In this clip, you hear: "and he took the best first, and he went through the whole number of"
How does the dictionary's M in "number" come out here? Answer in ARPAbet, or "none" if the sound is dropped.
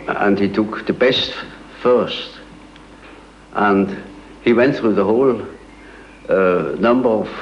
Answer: M